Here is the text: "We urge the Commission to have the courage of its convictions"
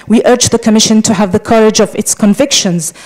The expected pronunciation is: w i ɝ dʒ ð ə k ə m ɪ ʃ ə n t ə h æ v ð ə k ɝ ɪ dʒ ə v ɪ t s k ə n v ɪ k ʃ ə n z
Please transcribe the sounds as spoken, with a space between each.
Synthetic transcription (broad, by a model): w i ɝ dʒ ð ə k ə m ɪ ʃ ə n t ə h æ v ð ə k ɝ ɪ dʒ ə v ɪ t s k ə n v ɪ k ʃ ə n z